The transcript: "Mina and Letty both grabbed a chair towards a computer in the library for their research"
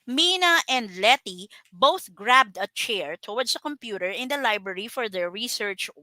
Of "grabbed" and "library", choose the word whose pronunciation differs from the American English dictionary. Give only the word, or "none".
none